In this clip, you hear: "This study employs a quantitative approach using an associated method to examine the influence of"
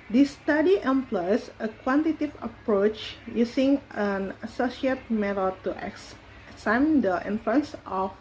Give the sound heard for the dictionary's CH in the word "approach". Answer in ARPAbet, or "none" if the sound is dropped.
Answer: CH